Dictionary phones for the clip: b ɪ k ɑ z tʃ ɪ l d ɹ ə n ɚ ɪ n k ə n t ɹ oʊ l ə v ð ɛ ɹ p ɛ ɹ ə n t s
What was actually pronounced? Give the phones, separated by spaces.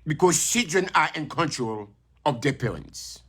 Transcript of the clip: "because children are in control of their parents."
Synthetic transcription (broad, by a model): b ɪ k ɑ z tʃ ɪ d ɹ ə n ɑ ɪ n k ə n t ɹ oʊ l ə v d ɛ p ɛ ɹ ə n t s